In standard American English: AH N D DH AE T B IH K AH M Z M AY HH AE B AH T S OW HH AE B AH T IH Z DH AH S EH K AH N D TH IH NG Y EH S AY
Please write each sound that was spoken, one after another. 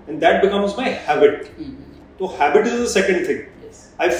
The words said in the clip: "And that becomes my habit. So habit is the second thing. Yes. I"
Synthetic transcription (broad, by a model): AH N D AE T B IH K AH M Z M AY HH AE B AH T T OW HH AE B AH T IH Z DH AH S EH K AH N D T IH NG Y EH AY